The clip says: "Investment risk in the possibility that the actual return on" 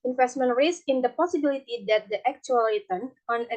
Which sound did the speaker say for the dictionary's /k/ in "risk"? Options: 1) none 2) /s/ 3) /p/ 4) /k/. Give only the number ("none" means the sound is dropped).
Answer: 1